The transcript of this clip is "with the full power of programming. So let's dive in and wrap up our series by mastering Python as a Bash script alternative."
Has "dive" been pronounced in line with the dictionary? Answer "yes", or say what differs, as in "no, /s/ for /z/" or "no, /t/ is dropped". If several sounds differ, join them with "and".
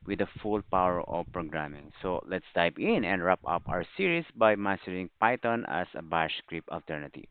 no, /p/ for /v/